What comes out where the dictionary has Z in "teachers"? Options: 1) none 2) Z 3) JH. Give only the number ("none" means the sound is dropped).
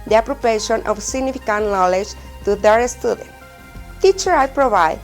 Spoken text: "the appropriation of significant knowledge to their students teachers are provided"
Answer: 1